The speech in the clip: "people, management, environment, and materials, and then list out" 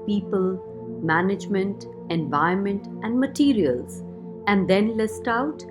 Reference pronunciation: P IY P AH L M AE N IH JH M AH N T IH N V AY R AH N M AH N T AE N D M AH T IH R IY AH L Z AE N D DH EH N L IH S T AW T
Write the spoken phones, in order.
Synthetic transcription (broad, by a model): P IY P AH L M AE N IH JH M AH N T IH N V AY AH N M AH N T AE N D M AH T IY R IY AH L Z AE N D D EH N L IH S T AW T